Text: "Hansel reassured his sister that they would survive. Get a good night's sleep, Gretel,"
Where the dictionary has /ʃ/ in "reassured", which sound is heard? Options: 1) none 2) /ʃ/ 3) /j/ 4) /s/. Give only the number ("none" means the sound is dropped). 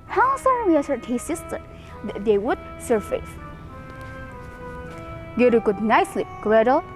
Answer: 4